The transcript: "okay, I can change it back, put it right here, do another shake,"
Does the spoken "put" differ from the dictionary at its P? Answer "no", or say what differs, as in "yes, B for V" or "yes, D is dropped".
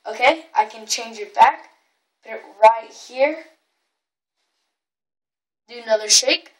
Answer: yes, B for P